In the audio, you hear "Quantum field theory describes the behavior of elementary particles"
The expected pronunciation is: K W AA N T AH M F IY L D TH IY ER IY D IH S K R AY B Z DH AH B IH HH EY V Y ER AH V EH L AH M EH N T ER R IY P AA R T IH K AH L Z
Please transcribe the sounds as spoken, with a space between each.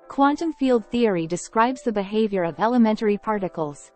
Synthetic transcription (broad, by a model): K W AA N T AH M F IY L D TH IY ER IY D IH S K R AY B Z DH AH B IH HH EY V Y ER AH V EH L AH M EH N T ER R IY P AA R T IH K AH L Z